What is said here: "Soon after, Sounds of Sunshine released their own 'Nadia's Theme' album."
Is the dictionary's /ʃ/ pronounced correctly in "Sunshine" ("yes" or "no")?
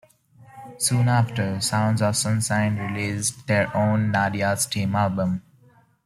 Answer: no